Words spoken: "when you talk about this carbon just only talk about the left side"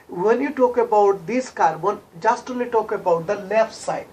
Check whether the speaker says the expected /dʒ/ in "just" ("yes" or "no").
yes